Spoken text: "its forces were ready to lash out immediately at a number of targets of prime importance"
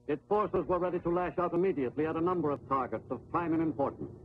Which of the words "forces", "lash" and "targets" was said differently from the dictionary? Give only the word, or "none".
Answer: none